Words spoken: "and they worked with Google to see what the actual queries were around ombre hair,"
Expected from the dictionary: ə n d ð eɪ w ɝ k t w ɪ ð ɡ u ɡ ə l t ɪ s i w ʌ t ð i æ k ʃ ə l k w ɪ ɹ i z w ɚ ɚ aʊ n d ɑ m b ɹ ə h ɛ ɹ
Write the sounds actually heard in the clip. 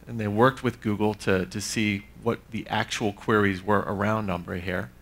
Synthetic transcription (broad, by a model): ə n ð eɪ w ɝ k t w ɪ ð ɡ u ɡ l t ɪ s i w ʌ t ð i æ k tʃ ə l k w ɪ ɹ i z w ɚ ɚ aʊ n d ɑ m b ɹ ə h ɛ ɹ